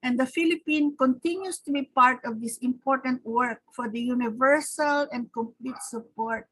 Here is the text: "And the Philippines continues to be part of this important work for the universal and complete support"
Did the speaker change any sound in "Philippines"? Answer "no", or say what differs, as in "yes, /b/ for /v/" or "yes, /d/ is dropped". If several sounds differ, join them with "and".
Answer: yes, /z/ is dropped